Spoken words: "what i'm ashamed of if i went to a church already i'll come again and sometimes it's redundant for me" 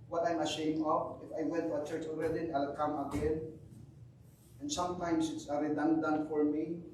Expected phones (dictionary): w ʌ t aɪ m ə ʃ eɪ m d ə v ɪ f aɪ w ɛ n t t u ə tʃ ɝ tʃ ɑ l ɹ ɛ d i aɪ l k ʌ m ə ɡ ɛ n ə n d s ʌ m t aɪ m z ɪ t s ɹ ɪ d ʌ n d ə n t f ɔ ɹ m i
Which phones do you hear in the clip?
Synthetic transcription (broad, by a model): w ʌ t aɪ m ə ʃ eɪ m ə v ɪ f aɪ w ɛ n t t u ə tʃ ɝ tʃ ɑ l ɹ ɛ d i aɪ l k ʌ m ə ɡ ɛ n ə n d s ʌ m t aɪ m s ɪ t s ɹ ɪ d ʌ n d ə n f ɔ ɹ m i